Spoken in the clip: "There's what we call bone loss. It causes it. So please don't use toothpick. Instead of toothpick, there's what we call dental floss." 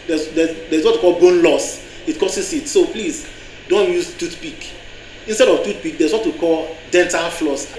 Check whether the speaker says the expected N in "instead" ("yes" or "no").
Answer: yes